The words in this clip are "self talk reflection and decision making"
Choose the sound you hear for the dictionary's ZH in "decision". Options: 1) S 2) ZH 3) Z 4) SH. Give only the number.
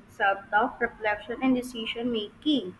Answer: 4